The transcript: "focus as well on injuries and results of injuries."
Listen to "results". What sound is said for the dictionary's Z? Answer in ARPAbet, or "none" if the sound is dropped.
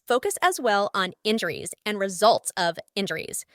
Z